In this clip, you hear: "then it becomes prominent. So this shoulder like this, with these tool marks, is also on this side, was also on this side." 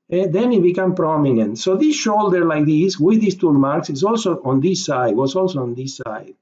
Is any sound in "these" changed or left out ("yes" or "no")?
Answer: yes